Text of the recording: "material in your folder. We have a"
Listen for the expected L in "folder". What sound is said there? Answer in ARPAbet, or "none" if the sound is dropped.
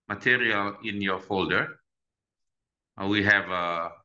L